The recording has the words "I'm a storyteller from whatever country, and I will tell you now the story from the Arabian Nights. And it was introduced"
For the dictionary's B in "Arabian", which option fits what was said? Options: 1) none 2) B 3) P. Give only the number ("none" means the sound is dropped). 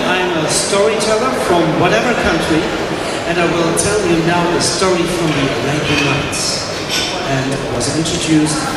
1